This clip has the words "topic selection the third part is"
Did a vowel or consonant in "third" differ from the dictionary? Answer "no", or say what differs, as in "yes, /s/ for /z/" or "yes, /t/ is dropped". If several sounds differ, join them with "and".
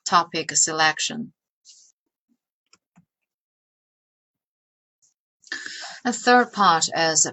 no